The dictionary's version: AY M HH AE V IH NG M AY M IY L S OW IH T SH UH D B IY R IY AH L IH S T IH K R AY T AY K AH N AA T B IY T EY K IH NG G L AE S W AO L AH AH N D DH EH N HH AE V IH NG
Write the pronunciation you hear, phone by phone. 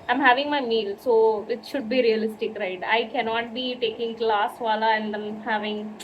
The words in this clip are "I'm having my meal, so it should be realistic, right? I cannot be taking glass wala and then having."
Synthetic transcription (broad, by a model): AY M HH AE V IH NG M AY M IY L S OW IH T SH UH D B IY R IY AH L IH S T IH K R AY T AY K AH N AA T B IY T EY K IH NG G L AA S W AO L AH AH N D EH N HH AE V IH NG